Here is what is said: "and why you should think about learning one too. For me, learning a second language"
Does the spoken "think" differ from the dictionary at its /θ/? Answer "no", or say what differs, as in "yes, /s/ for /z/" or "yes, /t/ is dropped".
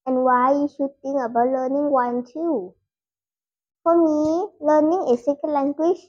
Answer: yes, /t/ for /θ/